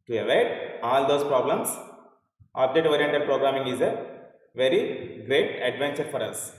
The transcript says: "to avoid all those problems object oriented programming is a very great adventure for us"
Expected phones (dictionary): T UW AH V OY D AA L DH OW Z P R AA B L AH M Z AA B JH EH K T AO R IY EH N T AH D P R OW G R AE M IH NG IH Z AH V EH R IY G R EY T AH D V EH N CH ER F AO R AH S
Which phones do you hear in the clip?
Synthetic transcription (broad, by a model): T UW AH V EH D AA L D OW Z P R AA B L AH M S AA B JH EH T AO R IY EH N T AH D P R OW G R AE M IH NG IH Z AH V EH R IY G R EY T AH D V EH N CH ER F AO R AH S